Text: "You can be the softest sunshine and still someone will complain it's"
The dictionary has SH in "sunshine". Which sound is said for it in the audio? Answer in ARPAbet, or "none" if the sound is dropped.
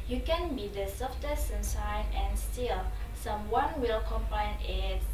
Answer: S